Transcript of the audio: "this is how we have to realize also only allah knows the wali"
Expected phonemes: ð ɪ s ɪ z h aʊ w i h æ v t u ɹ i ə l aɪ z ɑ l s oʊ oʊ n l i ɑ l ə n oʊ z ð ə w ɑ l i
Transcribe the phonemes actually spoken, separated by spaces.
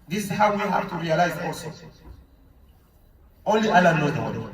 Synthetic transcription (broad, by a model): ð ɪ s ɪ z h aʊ w i h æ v t u ɹ i ə l aɪ z ɑ l s oʊ oʊ n l i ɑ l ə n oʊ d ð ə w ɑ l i